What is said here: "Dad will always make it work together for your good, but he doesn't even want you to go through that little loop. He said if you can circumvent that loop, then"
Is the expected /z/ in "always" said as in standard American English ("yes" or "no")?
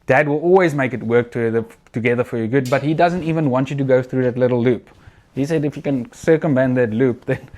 yes